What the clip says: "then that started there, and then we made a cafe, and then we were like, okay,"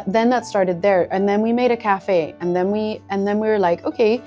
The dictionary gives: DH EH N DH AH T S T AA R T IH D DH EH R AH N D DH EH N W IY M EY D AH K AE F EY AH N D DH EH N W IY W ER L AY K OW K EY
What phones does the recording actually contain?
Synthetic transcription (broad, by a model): DH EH N DH AH T S T AA R T IH D DH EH R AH N DH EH N W IY M EY D AH K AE F EY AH N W DH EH N W IY W ER L AY K OW K EY